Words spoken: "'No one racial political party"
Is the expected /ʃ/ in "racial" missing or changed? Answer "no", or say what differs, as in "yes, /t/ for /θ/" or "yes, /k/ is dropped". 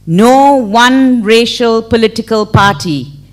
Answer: no